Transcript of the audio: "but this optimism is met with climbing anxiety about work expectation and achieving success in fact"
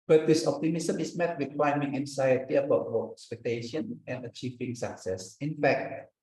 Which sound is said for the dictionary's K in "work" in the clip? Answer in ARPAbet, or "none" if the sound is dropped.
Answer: none